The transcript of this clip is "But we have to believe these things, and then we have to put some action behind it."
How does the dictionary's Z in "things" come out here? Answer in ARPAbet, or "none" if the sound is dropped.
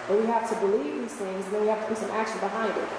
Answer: Z